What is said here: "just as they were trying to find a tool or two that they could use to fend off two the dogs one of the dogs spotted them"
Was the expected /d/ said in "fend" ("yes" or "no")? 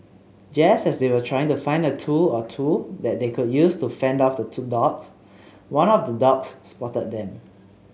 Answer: yes